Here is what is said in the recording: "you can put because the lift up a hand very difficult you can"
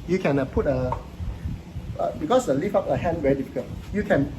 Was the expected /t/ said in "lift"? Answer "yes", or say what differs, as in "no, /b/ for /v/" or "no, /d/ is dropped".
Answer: no, /t/ is dropped